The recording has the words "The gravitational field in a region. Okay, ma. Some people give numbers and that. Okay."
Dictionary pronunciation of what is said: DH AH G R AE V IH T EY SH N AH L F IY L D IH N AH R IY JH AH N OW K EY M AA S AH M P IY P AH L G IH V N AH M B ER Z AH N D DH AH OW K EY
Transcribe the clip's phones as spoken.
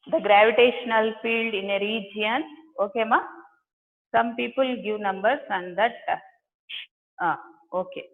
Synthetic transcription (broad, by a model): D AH G R AE V IH T EY SH N AH L F IY L D IH N AH R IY JH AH N OW K EY M AA S AH M P IY P AH L G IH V N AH M B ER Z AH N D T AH OW K EY